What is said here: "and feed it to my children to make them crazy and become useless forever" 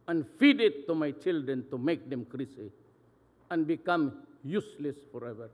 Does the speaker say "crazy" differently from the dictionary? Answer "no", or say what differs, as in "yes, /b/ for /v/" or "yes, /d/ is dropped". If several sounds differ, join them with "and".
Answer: yes, /s/ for /z/